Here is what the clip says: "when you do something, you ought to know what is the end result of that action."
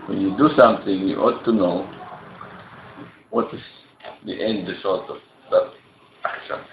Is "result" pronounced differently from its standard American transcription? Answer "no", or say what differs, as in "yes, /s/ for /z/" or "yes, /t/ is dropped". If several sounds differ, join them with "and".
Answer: yes, /s/ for /z/